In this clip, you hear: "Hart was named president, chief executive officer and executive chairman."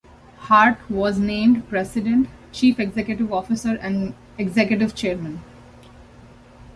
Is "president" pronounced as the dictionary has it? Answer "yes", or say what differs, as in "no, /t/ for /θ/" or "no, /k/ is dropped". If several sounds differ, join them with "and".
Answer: no, /s/ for /z/